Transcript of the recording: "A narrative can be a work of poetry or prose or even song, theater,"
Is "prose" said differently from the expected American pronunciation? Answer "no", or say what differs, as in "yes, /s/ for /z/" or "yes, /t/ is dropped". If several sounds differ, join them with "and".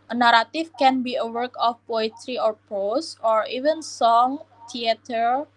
yes, /ɹ/ is dropped and /s/ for /z/